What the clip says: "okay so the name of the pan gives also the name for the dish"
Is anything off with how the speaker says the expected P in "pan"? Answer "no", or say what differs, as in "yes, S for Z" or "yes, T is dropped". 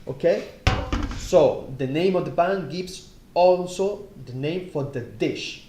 yes, B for P